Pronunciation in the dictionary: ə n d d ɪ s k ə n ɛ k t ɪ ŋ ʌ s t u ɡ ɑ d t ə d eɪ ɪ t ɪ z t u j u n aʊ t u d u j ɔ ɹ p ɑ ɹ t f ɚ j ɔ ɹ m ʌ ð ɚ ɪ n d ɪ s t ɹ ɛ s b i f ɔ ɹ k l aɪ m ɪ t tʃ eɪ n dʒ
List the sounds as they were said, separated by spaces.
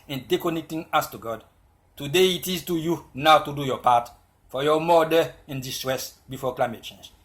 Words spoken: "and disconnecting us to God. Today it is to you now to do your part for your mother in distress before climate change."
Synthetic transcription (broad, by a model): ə n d d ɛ k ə n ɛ k t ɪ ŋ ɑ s t u ɡ ɑ d t ə d eɪ ɪ t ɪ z t u j u n aʊ t u d u j ɔ p ɑ t f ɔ j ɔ m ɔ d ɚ ɪ n d ɪ s t ɹ ɛ s b i f ɔ k l aɪ m ɪ t tʃ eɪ n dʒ